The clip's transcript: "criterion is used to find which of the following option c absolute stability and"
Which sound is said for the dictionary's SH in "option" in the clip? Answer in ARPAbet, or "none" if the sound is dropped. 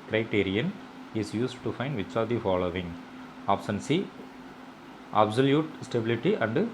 S